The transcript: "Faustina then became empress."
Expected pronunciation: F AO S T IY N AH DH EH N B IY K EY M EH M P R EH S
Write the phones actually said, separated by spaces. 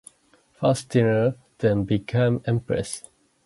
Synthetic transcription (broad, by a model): F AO S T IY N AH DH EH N B IY K EY M EH M P R EH S